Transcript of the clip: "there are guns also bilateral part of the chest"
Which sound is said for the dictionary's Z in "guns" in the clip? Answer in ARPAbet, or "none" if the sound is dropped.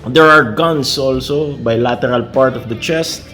S